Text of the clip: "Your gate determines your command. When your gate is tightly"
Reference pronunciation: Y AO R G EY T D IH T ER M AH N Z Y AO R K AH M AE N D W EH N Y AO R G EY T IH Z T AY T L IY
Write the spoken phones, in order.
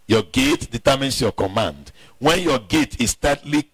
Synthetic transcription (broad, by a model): Y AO G EY T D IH T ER M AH N S Y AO K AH M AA N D W EH N Y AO G EY T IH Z T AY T L IY